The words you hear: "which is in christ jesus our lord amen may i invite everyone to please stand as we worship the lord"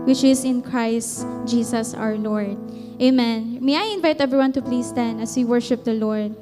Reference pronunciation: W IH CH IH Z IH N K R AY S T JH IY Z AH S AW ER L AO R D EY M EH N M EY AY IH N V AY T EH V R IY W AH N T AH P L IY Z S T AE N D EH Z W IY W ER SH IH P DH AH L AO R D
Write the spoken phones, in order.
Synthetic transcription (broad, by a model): W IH CH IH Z IH N K R AY S T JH IY S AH S AW ER L AO R D EY M EH N M EY AY IH N V AY T EH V R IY W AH N T AH P L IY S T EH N AH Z W IY W ER SH IH P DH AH L AO R D